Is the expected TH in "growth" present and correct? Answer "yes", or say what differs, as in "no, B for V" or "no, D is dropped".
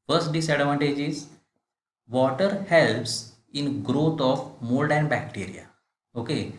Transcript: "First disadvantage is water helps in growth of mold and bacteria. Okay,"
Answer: no, T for TH